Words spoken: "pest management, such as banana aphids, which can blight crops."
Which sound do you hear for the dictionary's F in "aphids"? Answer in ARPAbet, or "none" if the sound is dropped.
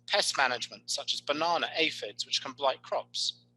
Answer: F